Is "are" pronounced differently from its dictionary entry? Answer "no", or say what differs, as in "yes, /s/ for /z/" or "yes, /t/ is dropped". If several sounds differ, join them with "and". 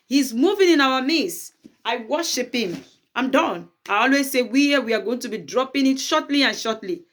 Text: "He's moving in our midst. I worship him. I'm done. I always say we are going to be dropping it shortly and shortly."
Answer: yes, /w/ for /ɹ/